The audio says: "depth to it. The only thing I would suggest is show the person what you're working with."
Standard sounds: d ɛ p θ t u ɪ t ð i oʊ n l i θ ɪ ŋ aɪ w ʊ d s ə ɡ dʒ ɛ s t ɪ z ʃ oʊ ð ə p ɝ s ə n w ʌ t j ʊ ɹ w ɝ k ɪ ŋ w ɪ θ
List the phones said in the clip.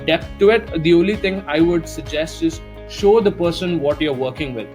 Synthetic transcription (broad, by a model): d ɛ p t u ɪ t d i oʊ n l i t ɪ ŋ aɪ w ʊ d s ə ɡ dʒ ɛ s t ɪ z ʃ oʊ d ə p ɝ s ə n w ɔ t j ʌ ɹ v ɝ k ɪ ŋ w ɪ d